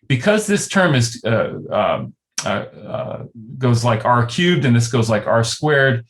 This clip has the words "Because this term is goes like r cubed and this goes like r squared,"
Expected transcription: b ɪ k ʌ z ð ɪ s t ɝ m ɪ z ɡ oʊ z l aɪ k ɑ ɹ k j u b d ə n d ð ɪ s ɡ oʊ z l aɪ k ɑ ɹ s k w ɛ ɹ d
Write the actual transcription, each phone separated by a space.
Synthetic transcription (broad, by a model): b ɪ k ʌ z ð ɪ s t ɝ m ɪ z ɡ oʊ z l aɪ k ɑ ɹ k j u b d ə n ð ɪ s ɡ oʊ z l aɪ k ɑ ɹ s k w ɛ ɹ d